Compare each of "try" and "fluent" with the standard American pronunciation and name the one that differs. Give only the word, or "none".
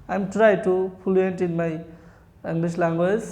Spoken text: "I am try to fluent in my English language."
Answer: fluent